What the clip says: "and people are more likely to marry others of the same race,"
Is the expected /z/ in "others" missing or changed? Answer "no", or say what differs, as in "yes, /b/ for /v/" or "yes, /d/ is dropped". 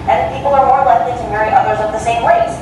no